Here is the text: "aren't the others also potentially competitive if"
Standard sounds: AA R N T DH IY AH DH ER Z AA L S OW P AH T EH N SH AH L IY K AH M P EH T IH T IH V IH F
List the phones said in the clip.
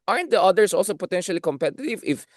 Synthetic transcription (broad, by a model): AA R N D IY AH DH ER S AA L S OW P AH T EH N SH AH L IY K AH M P EH T IH T IH V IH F